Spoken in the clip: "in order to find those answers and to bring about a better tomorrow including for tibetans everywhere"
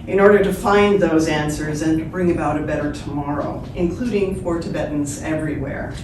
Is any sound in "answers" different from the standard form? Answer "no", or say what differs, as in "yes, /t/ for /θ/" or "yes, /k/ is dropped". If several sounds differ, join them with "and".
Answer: no